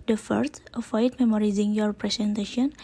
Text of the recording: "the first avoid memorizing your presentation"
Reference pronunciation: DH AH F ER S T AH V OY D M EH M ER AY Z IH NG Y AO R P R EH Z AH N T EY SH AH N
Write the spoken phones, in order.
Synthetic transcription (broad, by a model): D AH F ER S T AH F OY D M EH M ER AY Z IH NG Y AO R P R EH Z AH N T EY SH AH N